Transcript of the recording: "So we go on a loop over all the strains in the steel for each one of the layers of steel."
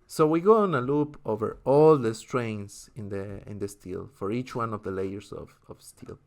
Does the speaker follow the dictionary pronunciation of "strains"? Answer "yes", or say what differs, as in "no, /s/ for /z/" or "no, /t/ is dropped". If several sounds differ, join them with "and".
no, /s/ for /z/